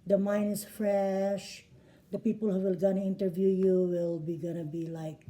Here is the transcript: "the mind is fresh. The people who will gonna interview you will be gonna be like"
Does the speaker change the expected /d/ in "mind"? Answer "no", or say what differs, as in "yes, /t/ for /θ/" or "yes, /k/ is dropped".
yes, /d/ is dropped